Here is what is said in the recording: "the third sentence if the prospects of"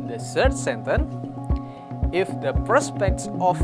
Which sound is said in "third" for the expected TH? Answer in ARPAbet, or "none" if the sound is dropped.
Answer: S